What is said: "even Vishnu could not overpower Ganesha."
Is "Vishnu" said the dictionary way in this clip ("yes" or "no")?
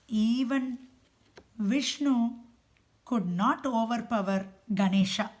yes